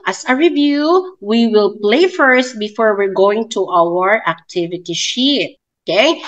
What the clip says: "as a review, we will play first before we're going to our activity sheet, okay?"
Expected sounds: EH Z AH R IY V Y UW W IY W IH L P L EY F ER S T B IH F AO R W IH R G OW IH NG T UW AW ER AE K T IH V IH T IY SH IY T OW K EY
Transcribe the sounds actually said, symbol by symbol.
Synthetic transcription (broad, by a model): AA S AH R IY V Y UW W IY W IH L P L EY F ER S T B IH F AO R W IH R G OW IH NG T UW AW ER AE K T IH V IH T IY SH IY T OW K EY